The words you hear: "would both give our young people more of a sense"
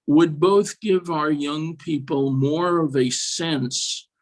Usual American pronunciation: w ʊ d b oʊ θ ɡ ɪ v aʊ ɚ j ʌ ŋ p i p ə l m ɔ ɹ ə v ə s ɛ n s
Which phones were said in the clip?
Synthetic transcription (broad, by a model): w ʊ d b oʊ θ ɡ ɪ v aʊ ɚ j ʌ ŋ p i p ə l m ɔ ɹ ə v ə s ɛ n s